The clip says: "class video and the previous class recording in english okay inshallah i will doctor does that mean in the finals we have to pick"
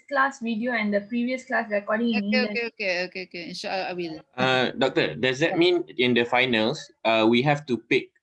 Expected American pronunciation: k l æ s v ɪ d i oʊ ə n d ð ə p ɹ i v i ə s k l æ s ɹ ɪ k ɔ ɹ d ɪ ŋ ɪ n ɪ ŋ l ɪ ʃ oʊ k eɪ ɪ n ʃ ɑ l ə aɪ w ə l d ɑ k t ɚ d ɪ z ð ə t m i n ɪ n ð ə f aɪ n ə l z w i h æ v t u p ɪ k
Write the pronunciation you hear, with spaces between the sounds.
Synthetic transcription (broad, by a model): k l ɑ s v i d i oʊ ə n d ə p ɹ i v i ə s k l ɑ s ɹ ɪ k ɔ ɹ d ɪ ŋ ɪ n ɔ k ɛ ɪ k oʊ k eɪ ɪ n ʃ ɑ ə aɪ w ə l d ɑ k t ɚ d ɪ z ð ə t m i n ɪ n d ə f aɪ n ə l s w i h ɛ f t u p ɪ k